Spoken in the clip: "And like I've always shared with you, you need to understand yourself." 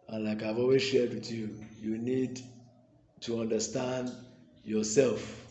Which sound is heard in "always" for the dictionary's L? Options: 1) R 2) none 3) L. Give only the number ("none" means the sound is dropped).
2